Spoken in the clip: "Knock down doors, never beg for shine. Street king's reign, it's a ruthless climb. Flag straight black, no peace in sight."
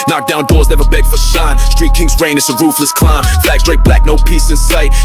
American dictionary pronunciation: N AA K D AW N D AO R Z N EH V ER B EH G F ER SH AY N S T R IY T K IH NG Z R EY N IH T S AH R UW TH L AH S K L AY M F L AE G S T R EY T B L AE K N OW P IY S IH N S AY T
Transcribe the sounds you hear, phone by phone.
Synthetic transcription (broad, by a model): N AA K D AW N D AO R Z N EH V ER B EH G F ER S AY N S T R IY T K IH NG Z R EY N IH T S AH R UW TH L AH S K L AY M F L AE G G R EY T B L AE K N OW P IY S IH N S AY T